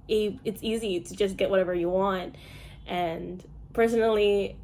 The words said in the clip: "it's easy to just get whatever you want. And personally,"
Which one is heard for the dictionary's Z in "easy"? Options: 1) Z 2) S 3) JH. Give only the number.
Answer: 1